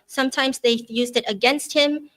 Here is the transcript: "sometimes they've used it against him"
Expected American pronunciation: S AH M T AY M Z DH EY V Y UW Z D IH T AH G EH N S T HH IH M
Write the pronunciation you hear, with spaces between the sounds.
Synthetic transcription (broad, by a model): S AH M T AY M Z DH EY Y UW Z D IH T AH G EH N S T HH IH M